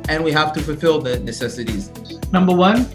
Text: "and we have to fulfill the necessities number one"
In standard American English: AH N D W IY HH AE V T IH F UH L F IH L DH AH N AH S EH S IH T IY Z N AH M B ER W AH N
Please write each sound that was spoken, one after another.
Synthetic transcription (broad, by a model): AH N W IY HH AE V T IH F UH L F IH L DH AH N AH S EH S IH T IY Z N AH M B ER W AH N